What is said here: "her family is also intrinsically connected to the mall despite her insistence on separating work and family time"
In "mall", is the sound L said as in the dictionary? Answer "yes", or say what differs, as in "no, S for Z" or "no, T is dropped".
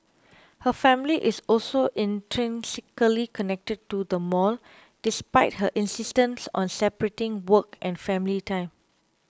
yes